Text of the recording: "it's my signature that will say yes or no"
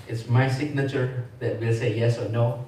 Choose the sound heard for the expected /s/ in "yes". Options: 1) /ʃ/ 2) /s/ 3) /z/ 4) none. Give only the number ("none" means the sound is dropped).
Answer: 2